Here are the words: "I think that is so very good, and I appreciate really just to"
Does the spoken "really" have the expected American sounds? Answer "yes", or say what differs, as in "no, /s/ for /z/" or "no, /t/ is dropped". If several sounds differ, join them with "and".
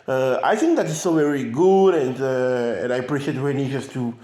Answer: no, /n/ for /l/